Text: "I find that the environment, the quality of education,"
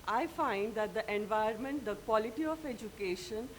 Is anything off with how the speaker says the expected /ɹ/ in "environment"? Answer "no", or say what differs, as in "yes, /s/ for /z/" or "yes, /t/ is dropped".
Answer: yes, /ɹ/ is dropped